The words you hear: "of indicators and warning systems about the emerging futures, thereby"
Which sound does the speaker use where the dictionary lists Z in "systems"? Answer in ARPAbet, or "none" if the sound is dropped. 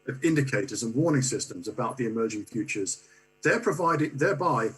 Z